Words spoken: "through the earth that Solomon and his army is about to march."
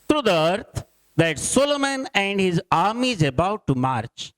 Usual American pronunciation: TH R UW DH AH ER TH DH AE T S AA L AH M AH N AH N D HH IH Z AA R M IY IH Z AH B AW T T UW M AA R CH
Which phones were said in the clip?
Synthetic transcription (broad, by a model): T R UW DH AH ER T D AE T S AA L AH M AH N AH N D HH IH Z AA R M IY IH Z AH B AW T T UW M AA R CH